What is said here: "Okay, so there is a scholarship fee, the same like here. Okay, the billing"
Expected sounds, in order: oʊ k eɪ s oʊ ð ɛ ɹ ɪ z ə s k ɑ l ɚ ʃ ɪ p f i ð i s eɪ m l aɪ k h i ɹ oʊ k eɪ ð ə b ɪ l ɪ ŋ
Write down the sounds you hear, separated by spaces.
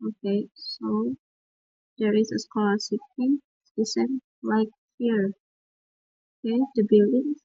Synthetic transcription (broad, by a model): oʊ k eɪ s oʊ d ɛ ɹ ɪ s ə s k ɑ l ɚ s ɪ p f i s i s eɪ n l aɪ k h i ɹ oʊ k eɪ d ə b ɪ l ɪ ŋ